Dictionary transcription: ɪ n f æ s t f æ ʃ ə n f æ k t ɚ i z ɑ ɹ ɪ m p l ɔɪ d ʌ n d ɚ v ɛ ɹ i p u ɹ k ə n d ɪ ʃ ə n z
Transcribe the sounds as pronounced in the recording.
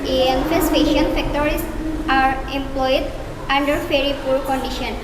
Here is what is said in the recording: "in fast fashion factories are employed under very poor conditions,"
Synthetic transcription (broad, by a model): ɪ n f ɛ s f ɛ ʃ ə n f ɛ k t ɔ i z ɑ ɹ ɪ m p l ɔɪ d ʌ n d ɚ f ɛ ɹ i p u ɹ k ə n d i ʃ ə n